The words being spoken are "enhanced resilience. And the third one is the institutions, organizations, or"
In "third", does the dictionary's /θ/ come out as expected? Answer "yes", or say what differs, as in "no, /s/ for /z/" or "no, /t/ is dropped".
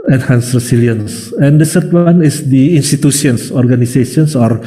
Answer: no, /s/ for /θ/